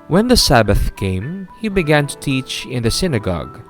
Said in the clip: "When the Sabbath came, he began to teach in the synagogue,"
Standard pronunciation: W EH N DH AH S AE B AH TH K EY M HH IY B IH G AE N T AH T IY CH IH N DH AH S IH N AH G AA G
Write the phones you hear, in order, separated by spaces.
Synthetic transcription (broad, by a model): W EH N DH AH S AE B AH TH K EY M HH IY B IH G AE N T AH T IY CH IH N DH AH S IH N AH G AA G